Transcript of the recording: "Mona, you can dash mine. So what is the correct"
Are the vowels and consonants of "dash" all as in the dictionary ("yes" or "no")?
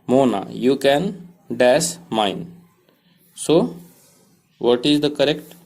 no